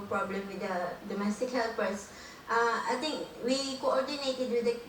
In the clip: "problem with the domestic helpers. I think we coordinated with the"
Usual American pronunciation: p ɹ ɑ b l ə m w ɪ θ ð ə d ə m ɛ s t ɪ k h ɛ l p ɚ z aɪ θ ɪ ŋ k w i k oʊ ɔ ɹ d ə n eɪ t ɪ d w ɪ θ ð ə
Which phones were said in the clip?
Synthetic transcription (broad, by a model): p ɹ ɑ b l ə m w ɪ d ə d ə m ɛ s t ɪ k h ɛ l p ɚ s aɪ t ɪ ŋ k w i k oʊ ɔ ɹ d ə n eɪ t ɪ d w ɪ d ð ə